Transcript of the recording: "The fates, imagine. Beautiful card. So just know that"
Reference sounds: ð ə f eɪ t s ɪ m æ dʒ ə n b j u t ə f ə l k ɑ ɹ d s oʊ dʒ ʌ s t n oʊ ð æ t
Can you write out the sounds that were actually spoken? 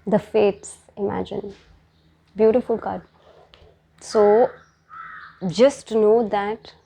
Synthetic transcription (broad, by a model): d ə f eɪ t s ɪ m æ dʒ ə n b j u t ə f ə l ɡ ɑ d s oʊ dʒ ʌ s t n oʊ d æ t